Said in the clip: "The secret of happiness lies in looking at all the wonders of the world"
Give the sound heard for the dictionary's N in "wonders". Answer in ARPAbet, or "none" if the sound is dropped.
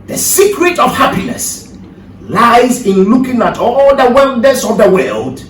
L